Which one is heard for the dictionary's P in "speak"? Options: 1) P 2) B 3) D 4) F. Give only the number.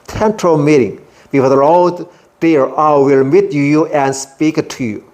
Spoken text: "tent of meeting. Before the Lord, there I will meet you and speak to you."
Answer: 1